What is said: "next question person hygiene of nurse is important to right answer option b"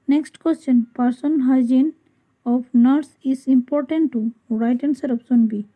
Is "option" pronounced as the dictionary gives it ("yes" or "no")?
no